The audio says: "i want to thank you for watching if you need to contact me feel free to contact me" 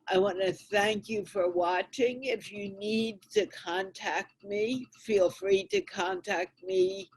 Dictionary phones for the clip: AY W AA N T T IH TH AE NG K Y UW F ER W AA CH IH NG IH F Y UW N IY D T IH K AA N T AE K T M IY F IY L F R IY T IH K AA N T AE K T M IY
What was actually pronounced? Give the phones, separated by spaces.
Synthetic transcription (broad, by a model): AY W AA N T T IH TH AE NG K Y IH F ER W AA CH IH NG IH F Y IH N IY D T IH K AA N T AE K T M IY F IY L F R IY T IH K AA N T AE K T M IY